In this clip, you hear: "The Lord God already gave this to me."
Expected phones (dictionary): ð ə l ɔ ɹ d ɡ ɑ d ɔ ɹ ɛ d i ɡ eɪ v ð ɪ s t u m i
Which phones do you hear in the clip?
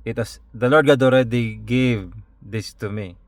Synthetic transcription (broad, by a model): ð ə l ɔ ɹ d ɡ ɑ d ɔ ɹ ɛ d i ɡ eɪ v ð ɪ s t u m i